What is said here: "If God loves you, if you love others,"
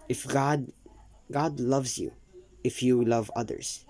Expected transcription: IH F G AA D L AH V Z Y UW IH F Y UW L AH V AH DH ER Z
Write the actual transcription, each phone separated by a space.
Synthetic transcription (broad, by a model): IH F G AA D L AH V Z Y UW IH F Y UW L AH V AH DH ER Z